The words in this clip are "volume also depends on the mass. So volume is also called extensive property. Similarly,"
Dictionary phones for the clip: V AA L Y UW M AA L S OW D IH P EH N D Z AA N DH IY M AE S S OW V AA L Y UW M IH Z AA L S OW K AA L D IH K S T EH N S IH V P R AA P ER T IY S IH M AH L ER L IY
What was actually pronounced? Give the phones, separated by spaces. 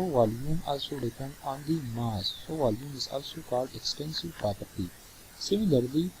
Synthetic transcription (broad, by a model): V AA L Y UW M AA L S OW D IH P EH N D AA N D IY M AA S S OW V AA L Y UW M IH Z AA L S OW K AA L D IH K S T EH N S IH V P R AA P ER T IY S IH M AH L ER L IY